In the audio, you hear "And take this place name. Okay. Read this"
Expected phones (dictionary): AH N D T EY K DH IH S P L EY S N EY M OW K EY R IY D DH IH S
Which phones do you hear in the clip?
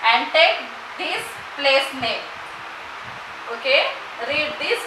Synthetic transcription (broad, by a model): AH N D T EY K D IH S P L EY S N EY OW K EY R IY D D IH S